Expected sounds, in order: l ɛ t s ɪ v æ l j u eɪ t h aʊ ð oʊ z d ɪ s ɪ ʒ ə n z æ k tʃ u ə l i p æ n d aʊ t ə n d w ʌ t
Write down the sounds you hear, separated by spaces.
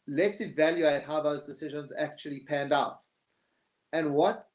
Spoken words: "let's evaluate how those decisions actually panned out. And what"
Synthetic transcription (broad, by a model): l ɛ t s ɪ v æ l j u eɪ t h aʊ ð oʊ z d ɪ s ɪ ʒ ə n z æ k tʃ u ə l i p æ n d aʊ t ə n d w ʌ t